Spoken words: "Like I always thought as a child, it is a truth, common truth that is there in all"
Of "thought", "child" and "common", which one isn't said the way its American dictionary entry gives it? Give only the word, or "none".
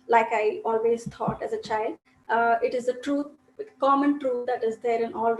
thought